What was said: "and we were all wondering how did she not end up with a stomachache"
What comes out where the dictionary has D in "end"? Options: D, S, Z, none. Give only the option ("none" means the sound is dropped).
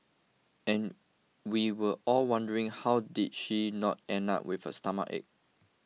none